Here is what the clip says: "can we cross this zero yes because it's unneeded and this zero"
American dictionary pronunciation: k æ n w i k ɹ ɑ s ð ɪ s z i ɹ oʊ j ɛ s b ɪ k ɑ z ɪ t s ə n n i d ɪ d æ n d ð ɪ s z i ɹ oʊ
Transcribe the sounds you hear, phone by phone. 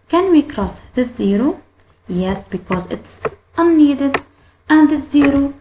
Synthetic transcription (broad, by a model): k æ n w i k ɹ ɑ s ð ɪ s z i ɹ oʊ j ɛ s b ɪ k ɑ z ɪ t s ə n n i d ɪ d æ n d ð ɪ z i ɹ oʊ